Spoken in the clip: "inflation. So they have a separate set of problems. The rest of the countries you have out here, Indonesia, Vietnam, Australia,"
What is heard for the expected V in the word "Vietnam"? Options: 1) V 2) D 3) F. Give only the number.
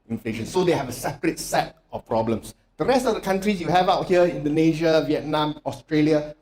1